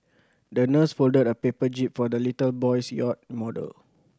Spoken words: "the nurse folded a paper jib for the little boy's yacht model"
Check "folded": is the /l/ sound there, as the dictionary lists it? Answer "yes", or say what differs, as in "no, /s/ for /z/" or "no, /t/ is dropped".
yes